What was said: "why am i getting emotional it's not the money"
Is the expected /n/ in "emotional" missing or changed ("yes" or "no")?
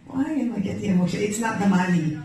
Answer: yes